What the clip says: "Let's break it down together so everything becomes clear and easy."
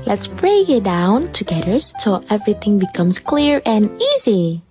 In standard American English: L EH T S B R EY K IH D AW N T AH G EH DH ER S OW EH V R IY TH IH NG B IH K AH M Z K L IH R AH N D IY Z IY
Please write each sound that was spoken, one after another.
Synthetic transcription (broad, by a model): L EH T S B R EY IH D AW N T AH G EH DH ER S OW EH V R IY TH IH NG B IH K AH M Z K L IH R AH N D IY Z IY